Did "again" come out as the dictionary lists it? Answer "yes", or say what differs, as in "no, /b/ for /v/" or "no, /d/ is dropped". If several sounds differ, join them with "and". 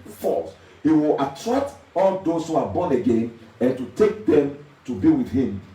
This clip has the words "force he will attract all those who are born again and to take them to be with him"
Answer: yes